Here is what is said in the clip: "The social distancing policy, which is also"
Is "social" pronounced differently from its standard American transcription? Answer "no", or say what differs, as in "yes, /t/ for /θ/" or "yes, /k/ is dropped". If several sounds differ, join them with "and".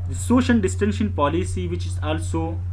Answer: no